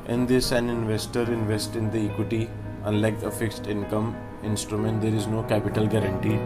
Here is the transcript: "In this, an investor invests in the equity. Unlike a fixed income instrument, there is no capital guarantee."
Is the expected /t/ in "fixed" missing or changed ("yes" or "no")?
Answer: no